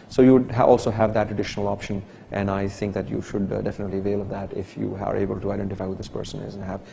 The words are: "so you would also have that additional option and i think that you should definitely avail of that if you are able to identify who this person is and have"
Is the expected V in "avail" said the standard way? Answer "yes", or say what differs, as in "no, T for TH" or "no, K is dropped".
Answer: yes